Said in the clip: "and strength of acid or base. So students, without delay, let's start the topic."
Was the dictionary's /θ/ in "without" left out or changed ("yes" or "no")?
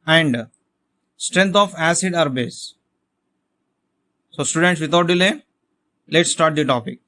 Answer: yes